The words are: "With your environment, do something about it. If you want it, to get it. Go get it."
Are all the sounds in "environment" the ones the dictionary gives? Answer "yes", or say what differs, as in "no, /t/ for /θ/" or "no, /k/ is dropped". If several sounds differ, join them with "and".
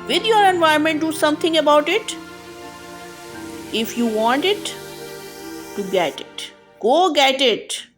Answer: no, /ɹ/ is dropped